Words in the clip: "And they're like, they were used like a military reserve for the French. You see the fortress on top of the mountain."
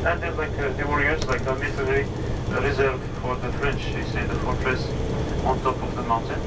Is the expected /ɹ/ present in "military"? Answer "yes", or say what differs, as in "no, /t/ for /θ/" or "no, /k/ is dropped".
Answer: no, /ɹ/ is dropped